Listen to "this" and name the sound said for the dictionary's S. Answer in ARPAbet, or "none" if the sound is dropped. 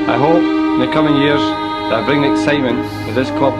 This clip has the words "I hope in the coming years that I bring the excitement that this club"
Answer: S